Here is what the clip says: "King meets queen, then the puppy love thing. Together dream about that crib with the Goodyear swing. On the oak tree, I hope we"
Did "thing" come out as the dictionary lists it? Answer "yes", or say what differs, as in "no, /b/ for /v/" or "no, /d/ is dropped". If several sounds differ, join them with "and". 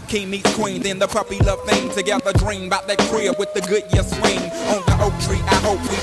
yes